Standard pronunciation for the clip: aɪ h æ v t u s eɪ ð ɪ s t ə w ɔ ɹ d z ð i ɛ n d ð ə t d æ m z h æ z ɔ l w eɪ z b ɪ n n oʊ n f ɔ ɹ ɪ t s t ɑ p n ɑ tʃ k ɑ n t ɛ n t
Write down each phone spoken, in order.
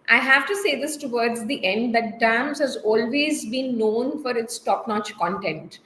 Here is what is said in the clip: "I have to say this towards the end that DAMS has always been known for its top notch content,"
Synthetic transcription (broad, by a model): aɪ h æ v t u s eɪ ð ɪ s t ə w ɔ ɹ d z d i ɛ n d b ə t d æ m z h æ z ɔ l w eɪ z b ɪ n n oʊ n f ɔ ɹ ɪ t s t ɑ p n ɑ tʃ k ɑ n t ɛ n t